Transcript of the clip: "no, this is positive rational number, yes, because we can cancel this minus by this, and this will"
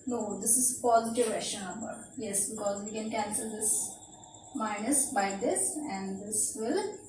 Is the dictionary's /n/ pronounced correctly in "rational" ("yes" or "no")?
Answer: no